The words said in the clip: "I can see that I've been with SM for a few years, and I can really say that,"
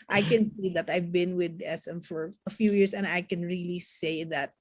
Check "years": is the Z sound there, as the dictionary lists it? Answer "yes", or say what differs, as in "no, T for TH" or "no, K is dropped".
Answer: no, S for Z